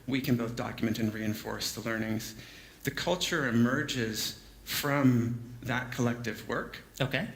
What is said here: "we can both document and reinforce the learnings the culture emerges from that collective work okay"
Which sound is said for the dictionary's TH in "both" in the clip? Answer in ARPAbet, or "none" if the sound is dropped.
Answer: TH